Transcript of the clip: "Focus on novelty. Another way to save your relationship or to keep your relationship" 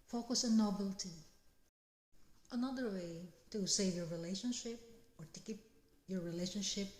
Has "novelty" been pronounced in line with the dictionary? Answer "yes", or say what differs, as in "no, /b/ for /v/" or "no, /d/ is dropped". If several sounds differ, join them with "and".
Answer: no, /b/ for /v/